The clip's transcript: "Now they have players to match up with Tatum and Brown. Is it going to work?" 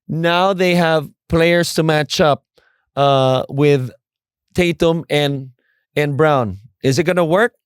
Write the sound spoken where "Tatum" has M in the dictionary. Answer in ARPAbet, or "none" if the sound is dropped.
M